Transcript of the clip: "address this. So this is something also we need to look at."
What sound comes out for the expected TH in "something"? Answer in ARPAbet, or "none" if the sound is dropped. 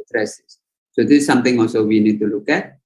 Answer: T